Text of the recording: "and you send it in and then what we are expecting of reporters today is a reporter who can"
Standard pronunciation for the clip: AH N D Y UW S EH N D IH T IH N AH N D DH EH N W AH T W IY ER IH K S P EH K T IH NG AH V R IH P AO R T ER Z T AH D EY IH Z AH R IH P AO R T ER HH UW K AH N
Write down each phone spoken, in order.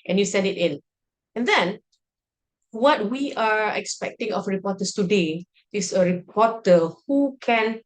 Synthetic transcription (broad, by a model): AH N Y UW S EH N D IH T IH N AH N D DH EH N W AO T W IY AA IH K S P EH K T IH NG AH F R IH P AO T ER S T AH D EY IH S AH R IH P AO T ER HH UW K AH N